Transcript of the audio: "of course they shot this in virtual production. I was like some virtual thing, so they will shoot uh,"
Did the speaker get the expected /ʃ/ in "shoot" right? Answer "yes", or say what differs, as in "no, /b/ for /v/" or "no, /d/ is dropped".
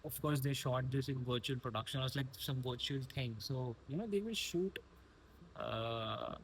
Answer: yes